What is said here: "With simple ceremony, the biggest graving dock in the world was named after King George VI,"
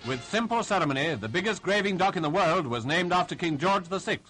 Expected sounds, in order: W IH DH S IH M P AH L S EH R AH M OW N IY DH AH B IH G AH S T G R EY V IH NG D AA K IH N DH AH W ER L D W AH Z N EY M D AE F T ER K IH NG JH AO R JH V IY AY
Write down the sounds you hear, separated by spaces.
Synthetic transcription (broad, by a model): W IH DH S IH M P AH L S EH R AH M OW N IY DH AH B IH G AH S T G R EY V IH NG D AA K IH N DH AH W ER L D W AH Z N EY M D AE F T ER K IH NG JH AO R JH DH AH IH